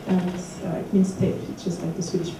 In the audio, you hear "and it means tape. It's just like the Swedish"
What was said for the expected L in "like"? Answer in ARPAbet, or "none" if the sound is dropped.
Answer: L